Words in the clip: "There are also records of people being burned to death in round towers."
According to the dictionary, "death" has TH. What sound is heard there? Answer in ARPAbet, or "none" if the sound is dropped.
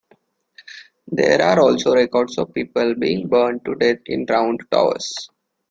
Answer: T